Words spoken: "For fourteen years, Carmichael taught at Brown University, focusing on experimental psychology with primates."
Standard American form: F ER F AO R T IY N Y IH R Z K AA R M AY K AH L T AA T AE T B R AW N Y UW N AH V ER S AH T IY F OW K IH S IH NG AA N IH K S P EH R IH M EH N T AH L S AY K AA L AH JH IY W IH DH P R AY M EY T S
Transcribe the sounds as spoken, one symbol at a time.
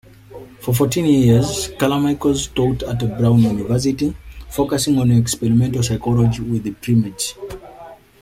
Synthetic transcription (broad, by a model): F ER F AO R T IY N Y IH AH Z K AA L M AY K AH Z T AA T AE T B R AW N Y UW N AH V ER S AH T IY F OW K IH S IH NG AA N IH K S P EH R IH M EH N T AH S AY K AA L AH JH IY W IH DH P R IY M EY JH